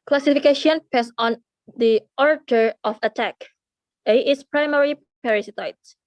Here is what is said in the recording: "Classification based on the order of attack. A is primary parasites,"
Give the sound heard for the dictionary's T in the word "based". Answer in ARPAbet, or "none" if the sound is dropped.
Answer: none